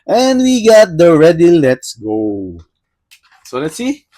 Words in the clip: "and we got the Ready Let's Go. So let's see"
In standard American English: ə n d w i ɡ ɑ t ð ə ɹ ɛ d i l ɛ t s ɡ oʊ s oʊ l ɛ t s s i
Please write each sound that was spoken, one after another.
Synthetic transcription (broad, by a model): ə n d w i ɡ ɑ t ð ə ɹ ɛ d i l ɛ t s ɡ oʊ s oʊ l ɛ t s s i